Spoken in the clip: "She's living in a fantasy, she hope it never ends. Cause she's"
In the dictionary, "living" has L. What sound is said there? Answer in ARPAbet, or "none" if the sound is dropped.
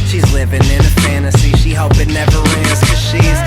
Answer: L